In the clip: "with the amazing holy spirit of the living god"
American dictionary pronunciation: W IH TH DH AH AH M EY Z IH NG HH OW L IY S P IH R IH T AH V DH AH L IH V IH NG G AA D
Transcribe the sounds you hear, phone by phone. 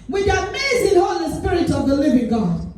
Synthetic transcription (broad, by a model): W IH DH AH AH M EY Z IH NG HH OW L IY S P IH R IH T AH V DH AH L IH V IH NG G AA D